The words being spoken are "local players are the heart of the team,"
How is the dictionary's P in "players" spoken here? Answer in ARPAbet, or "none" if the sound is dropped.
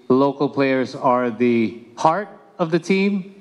P